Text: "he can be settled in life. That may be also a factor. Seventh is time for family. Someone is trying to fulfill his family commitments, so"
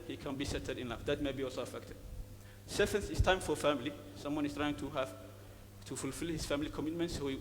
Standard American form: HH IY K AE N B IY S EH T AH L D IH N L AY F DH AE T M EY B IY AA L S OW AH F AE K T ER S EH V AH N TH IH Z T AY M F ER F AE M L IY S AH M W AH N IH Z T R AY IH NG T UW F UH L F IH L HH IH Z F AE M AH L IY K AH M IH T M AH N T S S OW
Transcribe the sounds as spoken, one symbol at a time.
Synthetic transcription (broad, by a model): HH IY K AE N B IY S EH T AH D IH N L AY F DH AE T M EY B IY AA L S OW AH F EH K T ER S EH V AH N S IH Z T AY M F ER F AE M L IY S AH M W AH N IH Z T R AY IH NG T UW F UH L F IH L HH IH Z F AE M AH L IY K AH M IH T M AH N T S S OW